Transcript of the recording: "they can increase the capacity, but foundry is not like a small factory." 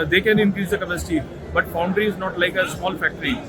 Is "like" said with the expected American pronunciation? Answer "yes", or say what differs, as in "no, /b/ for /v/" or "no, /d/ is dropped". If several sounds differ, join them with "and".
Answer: yes